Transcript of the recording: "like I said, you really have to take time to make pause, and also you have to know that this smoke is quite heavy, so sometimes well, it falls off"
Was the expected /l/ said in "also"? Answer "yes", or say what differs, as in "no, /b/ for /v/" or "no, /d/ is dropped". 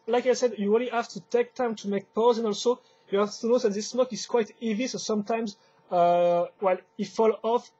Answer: yes